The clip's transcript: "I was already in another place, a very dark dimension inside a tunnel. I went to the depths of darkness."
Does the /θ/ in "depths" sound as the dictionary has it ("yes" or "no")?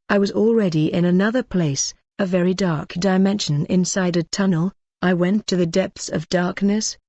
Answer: yes